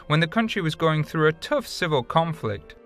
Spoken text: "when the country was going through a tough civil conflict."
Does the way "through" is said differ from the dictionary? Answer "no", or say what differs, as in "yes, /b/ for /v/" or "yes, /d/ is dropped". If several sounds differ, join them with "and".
no